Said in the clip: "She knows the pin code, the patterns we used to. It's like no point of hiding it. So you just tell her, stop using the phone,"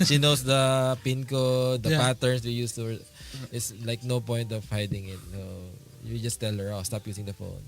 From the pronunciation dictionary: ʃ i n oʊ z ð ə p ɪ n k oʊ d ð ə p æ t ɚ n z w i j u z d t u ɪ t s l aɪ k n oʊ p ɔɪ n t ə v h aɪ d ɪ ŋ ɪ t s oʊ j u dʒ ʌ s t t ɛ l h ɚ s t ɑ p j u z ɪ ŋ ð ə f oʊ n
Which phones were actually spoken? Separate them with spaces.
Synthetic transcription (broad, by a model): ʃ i n oʊ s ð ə p ɪ n k oʊ d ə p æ t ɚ n s w i j u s t u ɪ t s l aɪ k n oʊ p ɔɪ n t ə v h aɪ d ɪ ŋ ɪ t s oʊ j u dʒ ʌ s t t ɛ l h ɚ s t ɑ p j u s ɪ ŋ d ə f oʊ n